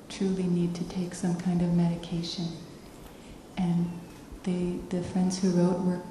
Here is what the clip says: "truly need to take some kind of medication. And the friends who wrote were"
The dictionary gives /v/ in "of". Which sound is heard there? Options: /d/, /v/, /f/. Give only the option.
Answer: /v/